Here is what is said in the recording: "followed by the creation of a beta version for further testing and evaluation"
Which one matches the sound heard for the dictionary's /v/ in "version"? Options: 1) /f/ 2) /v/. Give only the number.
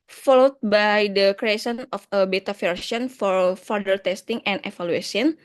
1